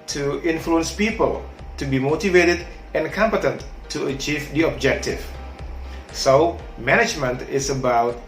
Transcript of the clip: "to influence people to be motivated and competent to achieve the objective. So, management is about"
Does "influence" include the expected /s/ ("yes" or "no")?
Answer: yes